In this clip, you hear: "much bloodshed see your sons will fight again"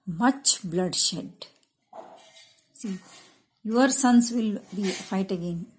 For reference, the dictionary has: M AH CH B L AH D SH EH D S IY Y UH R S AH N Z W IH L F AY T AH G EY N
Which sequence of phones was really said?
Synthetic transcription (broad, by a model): M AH CH B L AH D SH EH D S IY Y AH R S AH N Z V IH L F AY T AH G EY N